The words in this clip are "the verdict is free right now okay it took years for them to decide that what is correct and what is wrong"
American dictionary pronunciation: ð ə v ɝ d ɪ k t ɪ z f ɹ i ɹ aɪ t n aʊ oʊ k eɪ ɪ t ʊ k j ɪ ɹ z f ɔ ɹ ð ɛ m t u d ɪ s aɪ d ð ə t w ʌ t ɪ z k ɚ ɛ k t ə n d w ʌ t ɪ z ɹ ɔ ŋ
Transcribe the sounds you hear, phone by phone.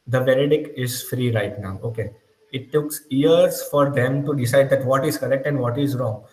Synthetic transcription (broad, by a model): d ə v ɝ d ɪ k ɪ z f ɹ i ɹ aɪ t n aʊ oʊ k eɪ ɪ t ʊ k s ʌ ɹ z f ɔ ɹ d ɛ m t u d ɪ s aɪ d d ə t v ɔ t ɪ z k ɚ ɛ k t ə n d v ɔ t ɪ z ɹ ɔ ŋ